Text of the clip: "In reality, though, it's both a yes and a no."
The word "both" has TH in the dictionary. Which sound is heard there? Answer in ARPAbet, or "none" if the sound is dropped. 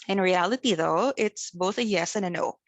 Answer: TH